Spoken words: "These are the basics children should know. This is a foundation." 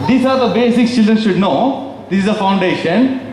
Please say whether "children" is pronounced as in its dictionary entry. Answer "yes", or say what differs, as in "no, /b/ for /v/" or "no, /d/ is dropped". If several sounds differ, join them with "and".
yes